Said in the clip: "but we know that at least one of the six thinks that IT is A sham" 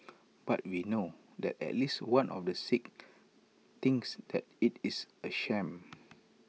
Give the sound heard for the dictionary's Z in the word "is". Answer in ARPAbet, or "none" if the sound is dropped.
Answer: S